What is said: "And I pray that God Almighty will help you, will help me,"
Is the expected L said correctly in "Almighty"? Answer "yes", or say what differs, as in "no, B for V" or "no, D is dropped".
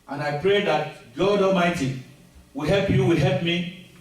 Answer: no, L is dropped